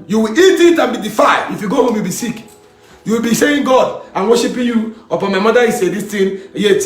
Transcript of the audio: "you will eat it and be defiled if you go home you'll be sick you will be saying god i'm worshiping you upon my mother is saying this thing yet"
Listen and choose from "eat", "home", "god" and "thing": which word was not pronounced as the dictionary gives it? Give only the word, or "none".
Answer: thing